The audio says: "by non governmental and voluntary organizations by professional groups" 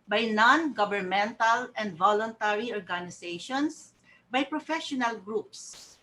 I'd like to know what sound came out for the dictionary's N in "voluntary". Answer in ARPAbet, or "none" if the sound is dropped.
N